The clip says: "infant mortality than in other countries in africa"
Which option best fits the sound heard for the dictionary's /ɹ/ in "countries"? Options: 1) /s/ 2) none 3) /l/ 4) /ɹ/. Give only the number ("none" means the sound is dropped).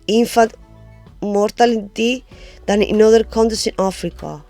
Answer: 2